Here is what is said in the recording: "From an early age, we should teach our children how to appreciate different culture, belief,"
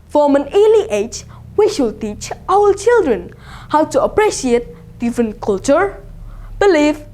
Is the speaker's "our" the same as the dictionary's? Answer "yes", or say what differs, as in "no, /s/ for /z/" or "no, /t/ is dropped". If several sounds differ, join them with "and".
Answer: no, /l/ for /ɹ/